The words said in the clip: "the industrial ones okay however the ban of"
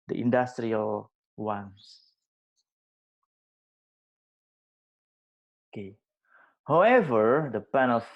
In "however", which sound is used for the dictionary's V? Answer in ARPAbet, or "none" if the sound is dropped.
V